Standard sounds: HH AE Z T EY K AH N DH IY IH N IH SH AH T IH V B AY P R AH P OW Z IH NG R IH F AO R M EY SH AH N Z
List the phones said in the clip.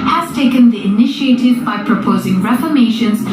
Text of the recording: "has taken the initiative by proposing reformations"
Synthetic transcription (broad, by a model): HH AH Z T EY K AH N DH IY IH N IH SH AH T IH V B AY P R AH P OW Z IH NG R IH F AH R M EY SH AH N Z